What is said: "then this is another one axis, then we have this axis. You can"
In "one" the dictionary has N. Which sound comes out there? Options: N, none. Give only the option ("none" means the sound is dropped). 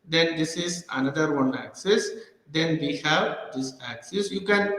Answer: N